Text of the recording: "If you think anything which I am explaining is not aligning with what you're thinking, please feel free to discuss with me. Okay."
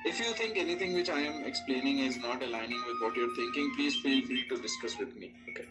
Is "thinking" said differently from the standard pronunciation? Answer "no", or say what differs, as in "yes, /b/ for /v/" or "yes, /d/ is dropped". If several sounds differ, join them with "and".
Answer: yes, /t/ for /θ/